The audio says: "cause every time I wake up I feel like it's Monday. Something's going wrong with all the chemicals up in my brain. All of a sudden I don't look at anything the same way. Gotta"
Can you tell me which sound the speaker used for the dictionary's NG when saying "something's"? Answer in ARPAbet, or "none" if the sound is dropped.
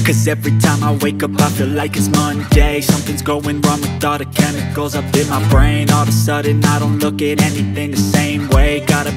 NG